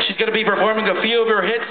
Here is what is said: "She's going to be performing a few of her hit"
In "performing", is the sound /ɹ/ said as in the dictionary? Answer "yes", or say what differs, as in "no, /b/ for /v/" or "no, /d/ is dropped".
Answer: yes